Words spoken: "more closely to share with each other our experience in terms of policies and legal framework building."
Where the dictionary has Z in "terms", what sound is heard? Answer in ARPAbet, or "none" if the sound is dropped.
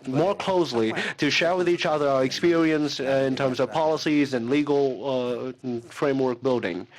Z